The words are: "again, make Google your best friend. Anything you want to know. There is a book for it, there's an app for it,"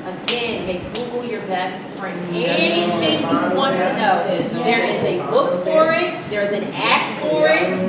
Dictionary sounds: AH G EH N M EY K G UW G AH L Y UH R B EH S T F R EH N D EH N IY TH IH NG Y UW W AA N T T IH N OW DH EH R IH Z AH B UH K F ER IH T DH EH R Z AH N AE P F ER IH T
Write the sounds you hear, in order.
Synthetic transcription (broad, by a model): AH G EH N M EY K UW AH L Y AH R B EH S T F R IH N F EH IY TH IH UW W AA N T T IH N OW DH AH R IH Z AH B UH K F ER IH T DH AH R Z AH N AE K F ER IH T